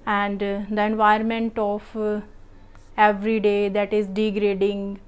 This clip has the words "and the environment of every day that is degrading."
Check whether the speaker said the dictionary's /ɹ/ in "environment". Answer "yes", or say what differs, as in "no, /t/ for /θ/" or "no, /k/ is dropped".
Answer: no, /ɹ/ is dropped